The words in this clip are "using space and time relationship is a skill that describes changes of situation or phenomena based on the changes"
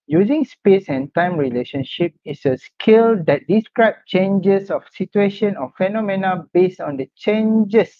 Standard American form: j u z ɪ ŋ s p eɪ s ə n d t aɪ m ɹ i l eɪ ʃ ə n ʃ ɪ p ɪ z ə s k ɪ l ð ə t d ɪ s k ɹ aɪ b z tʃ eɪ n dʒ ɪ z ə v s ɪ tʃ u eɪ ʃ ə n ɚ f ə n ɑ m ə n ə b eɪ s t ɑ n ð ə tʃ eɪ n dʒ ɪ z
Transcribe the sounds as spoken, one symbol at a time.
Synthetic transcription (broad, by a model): j u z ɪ ŋ s p eɪ s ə n t aɪ m ɹ i l eɪ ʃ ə n ʃ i p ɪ s ə s k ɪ l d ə t d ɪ s k ɹ aɪ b tʃ eɪ n dʒ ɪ s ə f s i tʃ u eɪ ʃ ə n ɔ f ə n ɑ m ə n ə b eɪ s t ɑ n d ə tʃ eɪ n dʒ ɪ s